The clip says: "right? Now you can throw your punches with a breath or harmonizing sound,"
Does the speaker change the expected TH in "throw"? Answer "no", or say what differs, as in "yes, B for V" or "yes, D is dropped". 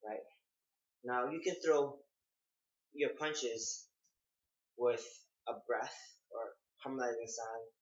no